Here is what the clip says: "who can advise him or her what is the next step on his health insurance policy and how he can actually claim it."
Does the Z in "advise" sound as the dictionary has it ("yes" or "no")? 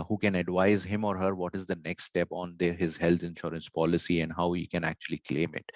yes